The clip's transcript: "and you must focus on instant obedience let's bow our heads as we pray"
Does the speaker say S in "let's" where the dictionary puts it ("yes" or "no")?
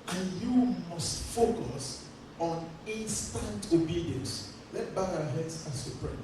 no